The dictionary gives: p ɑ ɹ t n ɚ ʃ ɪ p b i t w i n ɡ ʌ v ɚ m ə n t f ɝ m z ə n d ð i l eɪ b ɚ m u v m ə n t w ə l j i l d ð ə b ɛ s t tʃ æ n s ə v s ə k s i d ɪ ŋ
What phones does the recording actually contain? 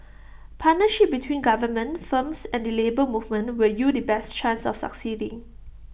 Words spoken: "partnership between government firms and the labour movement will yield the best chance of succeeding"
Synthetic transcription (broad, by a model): p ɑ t n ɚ ʃ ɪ p b i t w i n ɡ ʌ v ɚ m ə n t f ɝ m s ə n d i l eɪ b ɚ m u v m ə n t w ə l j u d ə b ɛ s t tʃ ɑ n s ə f s ə k s i d ɪ ŋ